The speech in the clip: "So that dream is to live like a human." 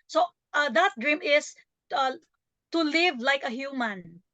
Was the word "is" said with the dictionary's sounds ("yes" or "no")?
no